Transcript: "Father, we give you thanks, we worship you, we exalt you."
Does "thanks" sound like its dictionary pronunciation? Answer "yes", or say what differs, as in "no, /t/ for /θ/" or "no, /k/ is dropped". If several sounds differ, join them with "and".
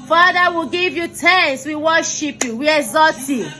no, /t/ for /θ/